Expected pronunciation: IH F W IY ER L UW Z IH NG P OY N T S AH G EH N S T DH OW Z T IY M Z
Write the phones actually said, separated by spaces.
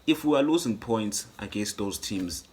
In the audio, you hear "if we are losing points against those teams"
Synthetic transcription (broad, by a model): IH F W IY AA L UW Z IH NG P OY N T S AH G EH N S T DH OW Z T IY M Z